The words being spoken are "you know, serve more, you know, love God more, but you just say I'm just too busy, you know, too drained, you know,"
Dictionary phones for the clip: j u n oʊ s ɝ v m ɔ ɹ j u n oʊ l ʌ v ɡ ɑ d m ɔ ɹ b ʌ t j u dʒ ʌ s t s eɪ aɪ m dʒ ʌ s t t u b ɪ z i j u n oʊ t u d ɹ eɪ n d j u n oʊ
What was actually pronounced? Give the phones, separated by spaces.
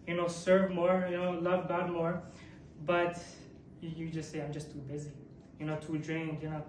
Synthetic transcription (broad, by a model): j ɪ n oʊ s ɝ v m ɔ ɹ j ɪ n oʊ l ʌ v ɡ ɑ d m ɔ ɹ b ʌ t j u dʒ ʌ s t s eɪ aɪ m dʒ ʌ s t t u b ɪ z i j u n oʊ t u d ɹ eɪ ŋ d j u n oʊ